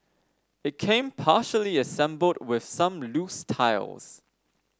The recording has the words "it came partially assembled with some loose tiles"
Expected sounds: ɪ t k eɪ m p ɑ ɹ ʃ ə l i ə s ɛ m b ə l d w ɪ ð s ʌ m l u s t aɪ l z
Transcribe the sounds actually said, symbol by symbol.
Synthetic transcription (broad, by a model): ɪ t k eɪ m p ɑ ʃ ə l i ə s ɛ m b ə l d w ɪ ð s ʌ m l u s t aɪ l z